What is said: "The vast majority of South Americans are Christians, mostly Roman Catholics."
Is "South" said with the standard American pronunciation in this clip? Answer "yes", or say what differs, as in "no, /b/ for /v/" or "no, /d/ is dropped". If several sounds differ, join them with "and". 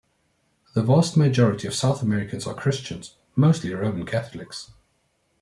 yes